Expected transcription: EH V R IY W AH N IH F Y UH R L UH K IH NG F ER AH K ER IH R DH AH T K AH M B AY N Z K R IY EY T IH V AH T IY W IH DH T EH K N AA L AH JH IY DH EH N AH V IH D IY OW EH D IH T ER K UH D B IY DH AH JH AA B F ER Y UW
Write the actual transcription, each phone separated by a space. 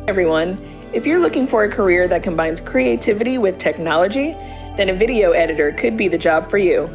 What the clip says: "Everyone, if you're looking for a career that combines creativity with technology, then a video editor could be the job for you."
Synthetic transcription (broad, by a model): EH V R IY W AH N IH F Y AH R L UH K IH NG F ER AH K ER IH R DH AH T K AH M B AY N Z K R IY EY T IH V AH T IY W IH DH T EH K N AA L AH JH IY DH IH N AH V IH D IY OW EH D IH T ER K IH D B IY DH AH JH AA B F ER Y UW